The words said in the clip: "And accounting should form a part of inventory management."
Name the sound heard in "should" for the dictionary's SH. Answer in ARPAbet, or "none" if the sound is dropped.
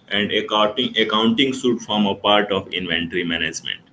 S